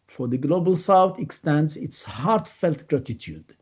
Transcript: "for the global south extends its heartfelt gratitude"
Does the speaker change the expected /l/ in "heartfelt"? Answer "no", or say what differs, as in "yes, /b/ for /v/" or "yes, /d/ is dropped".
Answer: no